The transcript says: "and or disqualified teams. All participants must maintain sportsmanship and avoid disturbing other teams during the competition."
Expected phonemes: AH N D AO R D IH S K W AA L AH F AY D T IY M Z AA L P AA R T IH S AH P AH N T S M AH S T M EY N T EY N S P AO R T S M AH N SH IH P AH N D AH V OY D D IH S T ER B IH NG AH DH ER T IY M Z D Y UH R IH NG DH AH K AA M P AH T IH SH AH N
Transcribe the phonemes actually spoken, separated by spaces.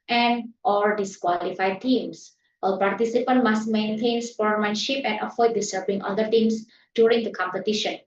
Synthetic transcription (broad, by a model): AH N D AO L D IH S K W AA L AH F AY D T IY M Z AA L P AA R T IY S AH P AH N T M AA S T M EY N T EY N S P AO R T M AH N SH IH P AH N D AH F OY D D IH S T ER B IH NG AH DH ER T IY M S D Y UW R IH NG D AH K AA M P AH T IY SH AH N